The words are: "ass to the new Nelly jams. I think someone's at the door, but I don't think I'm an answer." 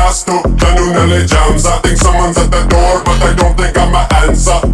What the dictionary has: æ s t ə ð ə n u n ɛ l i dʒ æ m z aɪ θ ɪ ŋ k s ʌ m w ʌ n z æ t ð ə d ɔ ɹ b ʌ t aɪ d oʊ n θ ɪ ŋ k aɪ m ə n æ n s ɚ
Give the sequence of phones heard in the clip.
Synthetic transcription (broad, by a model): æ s t ə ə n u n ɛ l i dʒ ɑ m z aɪ θ ɪ ŋ k s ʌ m w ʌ n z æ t ð ə d ɔ ɹ b ʌ t aɪ d oʊ n θ ɪ ŋ k aɪ m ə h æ n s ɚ